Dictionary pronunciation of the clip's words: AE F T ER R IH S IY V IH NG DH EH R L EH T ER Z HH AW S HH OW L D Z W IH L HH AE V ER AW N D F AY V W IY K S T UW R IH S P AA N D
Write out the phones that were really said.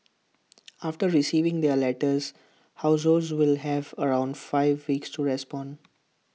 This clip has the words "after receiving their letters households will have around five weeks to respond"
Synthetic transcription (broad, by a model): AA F T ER R IH S IY V IH NG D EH R L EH T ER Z HH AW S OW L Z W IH L HH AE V ER AW N D F AY V IY K S T UW R IH S P AA N D